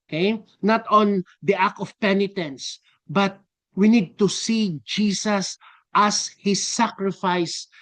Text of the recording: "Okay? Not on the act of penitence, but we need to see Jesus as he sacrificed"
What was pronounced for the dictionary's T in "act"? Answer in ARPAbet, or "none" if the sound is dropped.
none